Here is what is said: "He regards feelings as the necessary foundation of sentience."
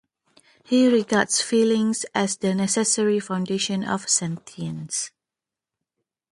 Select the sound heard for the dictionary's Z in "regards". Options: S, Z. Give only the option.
S